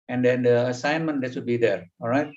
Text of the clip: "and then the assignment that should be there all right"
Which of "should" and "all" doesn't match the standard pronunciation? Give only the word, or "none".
should